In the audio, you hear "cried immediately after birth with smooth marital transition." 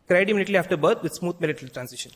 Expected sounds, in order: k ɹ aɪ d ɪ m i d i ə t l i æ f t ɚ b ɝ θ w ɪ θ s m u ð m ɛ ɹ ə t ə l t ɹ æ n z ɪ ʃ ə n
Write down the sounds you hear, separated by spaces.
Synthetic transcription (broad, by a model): k ɹ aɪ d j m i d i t l i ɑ f t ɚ b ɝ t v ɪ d s m u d m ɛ l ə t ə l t ɹ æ n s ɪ ʃ ə n